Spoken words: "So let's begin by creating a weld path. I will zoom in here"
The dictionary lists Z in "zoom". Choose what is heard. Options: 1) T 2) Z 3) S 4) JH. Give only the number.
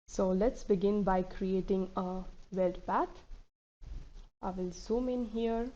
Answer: 3